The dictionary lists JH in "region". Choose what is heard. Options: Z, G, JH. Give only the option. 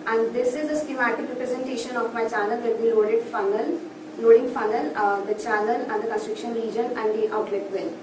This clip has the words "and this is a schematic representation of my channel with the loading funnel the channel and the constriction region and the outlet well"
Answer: JH